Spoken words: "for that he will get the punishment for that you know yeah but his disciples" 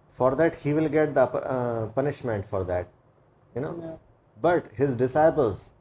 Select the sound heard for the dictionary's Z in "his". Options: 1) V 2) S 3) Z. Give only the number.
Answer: 3